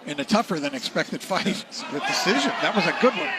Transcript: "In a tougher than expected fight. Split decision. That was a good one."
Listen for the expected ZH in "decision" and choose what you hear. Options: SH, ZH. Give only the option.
ZH